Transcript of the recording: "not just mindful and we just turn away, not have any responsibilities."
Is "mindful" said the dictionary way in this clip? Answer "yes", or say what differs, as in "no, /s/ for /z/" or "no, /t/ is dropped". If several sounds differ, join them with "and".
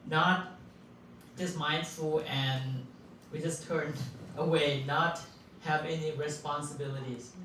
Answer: yes